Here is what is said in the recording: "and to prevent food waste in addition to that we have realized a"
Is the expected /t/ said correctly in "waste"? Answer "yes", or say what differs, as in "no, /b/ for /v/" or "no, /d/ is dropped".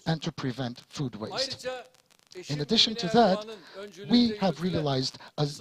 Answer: yes